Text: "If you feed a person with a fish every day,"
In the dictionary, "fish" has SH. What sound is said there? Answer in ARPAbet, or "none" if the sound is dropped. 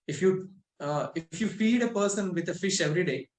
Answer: SH